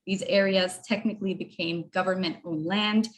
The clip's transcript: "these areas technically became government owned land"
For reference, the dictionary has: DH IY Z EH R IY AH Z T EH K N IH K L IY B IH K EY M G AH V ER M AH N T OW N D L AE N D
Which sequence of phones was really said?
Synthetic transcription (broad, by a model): DH IY Z EH R IY AH Z T EH K N IH K L IY B IH K EY M G AH V ER M AH N T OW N L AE N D